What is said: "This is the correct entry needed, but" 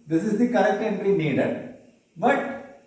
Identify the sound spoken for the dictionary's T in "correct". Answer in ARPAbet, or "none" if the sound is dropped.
T